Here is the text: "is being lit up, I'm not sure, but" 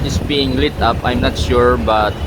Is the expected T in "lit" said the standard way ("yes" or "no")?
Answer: yes